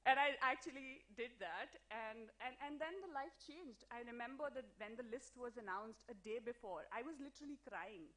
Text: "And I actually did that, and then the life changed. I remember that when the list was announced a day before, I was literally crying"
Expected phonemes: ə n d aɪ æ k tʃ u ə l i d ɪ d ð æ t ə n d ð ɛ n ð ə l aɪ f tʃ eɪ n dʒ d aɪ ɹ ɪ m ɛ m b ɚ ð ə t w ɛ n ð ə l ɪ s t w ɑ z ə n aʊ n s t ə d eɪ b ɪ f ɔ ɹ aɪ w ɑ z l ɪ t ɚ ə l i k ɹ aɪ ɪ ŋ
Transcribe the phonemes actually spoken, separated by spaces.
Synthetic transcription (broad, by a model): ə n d aɪ æ k tʃ u ə l i d ɪ d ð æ t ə n d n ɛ n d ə l aɪ f tʃ eɪ n dʒ d aɪ ɹ ɪ m ɛ m b ɚ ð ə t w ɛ n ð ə l ɪ s t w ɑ z ə n aʊ n s t ə d eɪ b ɪ f ɔ ɹ aɪ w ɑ z l ɪ t ɚ ə l i k ɹ aɪ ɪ ŋ